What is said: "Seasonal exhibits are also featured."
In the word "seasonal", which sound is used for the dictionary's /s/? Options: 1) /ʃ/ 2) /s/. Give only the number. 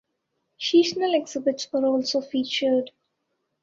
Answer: 1